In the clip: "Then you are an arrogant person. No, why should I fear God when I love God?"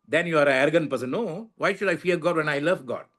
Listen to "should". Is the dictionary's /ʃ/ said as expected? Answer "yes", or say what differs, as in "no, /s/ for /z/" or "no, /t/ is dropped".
yes